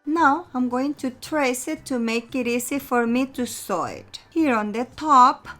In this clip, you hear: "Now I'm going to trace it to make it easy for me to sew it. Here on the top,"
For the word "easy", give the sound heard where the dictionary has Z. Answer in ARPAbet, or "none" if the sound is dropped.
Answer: S